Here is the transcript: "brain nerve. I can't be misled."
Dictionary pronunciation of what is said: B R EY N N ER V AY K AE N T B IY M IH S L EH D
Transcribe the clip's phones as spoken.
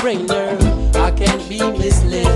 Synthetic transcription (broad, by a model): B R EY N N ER AY K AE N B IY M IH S L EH